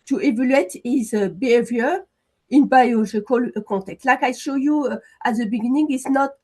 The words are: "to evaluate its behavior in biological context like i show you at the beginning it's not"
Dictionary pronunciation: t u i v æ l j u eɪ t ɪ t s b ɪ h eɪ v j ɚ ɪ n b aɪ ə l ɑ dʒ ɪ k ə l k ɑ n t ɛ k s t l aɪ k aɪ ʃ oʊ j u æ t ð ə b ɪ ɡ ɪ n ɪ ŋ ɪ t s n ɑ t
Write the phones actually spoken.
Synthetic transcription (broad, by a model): t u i v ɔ l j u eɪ t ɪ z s b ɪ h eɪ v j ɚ ɪ n b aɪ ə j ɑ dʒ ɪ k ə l k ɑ t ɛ k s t l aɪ k aɪ ʃ oʊ j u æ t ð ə b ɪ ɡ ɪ n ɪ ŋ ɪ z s n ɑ t